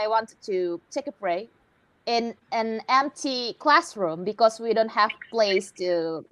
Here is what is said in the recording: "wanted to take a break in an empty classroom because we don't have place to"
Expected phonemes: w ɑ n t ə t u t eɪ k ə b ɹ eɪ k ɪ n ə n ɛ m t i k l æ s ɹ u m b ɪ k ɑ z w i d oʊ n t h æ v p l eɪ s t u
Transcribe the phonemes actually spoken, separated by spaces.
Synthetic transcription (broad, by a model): w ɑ n t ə t u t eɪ k ə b ɹ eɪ ɪ n ə n ɛ m t i k l æ s ɹ u m b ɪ k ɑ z w i d oʊ n t h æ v p l eɪ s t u